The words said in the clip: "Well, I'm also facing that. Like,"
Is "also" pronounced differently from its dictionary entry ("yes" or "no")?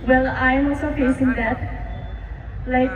yes